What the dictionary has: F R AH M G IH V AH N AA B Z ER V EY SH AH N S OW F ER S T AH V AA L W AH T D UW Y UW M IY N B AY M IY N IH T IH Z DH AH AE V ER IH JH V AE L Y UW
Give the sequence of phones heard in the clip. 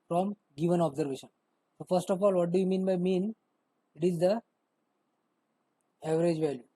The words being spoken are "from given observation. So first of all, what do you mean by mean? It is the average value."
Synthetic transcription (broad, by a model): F R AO M G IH V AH N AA B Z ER V EY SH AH N S OW F ER S T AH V AA L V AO T D UW Y UW M IY N B AY M IY N IH T IH Z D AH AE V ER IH JH V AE L Y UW